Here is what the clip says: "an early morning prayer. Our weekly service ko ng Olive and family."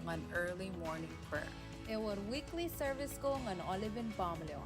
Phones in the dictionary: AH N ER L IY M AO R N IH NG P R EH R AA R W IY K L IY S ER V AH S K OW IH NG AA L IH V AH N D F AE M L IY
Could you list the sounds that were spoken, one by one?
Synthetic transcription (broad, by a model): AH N ER L IY M AO R N IH NG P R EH W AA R W IY K L IY S ER V AH S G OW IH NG AA L IH V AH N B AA M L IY